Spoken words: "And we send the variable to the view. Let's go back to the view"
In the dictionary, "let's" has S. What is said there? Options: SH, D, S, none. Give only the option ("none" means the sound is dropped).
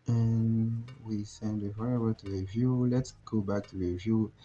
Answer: S